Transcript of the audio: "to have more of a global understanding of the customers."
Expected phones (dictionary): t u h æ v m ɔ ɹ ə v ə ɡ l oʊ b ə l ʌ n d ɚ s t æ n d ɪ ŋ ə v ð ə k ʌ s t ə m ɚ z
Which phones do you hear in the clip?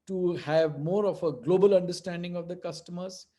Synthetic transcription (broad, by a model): t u h æ v m ɔ ɹ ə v ə ɡ l oʊ b ə l ʌ n d ɚ s t æ n d ɪ ŋ ə v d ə k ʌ s t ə m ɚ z